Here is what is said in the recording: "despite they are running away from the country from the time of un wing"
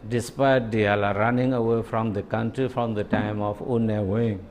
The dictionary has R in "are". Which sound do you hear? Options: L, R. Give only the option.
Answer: L